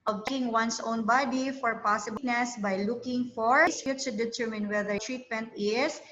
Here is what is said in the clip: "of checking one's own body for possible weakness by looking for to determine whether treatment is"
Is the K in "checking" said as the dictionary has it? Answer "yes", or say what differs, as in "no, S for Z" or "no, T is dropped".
no, K is dropped